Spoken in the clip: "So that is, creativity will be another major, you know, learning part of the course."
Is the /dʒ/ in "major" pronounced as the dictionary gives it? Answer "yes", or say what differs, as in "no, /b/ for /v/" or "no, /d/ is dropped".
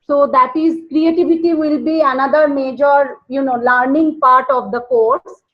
yes